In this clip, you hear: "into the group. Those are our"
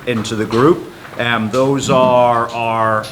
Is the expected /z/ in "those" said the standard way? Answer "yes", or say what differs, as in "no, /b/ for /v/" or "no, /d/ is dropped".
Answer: yes